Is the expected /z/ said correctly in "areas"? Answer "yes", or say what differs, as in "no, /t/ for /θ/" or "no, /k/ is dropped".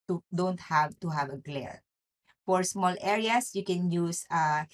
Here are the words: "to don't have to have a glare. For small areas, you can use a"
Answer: no, /s/ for /z/